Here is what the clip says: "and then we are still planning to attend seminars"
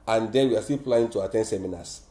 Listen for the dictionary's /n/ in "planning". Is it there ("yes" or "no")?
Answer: no